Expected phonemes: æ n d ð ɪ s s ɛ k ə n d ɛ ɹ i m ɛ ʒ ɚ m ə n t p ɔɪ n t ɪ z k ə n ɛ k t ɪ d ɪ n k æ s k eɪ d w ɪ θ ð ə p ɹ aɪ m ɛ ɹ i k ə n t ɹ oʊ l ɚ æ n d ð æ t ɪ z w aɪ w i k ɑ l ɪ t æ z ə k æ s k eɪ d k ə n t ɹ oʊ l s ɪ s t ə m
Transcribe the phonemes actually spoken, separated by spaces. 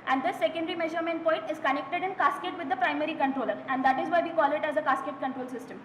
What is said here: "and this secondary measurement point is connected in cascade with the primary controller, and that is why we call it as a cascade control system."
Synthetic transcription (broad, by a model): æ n d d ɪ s s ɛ k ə n d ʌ ɹ i m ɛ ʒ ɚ m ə n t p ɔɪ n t ɪ z k ə n ɛ k t ɪ d ɪ n k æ s k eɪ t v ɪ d ə p ɹ aɪ m ɛ ɹ i k ə n t ɹ oʊ l ɚ æ n d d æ t ɪ z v aɪ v i k ɑ l ɪ t æ z ə k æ s k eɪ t k ə n t ɹ oʊ l s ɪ s t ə m